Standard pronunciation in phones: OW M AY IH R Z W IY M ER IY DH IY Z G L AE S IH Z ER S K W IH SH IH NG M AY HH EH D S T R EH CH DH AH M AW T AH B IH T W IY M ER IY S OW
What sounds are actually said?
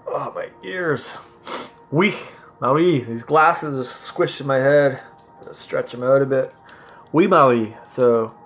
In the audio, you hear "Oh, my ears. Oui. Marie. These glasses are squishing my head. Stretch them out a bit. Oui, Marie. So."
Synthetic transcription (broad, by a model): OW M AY IH R Z W IY M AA IY DH IY Z G L AE S IH Z ER S K W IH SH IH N M AY HH EH D S T R EH CH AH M AW T AH B IH T W IY M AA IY S OW